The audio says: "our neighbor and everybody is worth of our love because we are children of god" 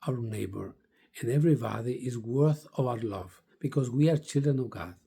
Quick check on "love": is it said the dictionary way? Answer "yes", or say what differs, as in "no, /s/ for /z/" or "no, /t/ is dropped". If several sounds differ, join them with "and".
yes